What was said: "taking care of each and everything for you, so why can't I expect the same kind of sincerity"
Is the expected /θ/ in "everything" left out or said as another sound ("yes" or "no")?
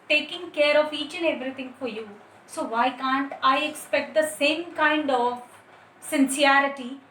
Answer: yes